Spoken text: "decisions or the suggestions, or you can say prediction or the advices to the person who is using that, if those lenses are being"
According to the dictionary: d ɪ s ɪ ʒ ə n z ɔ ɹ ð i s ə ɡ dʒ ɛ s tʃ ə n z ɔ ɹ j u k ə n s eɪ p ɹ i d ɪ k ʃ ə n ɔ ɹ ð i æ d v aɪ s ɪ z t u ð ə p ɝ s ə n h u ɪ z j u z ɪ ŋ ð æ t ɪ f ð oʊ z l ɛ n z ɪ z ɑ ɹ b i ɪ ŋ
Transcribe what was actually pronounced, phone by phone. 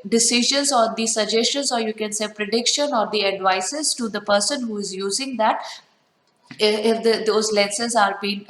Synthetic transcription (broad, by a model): d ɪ s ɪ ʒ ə n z ɔ ɹ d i s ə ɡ dʒ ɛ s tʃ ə n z ɔ ɹ j u k ə n s eɪ p ɹ i d ɪ k ʃ ə n ɔ ɹ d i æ d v aɪ s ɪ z t u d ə p ɝ s ə n h u ɪ z j u z ɪ ŋ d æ t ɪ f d oʊ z l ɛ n s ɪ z ɑ ɹ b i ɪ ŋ